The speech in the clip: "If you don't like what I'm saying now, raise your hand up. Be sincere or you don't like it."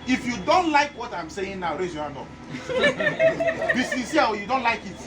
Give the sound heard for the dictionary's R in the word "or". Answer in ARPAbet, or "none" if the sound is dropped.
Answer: W